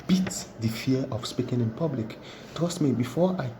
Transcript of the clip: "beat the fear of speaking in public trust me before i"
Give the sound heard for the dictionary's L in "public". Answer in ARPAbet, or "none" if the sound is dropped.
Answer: L